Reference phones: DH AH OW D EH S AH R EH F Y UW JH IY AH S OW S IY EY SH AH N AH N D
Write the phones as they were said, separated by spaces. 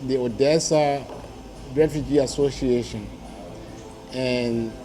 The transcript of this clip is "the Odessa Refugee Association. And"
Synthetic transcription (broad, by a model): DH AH OW D EH S AH R EH F Y UW JH IY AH S OW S IY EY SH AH N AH N